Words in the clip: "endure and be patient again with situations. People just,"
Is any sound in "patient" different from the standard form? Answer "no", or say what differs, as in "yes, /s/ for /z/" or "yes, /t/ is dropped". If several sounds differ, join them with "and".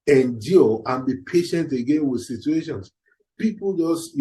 no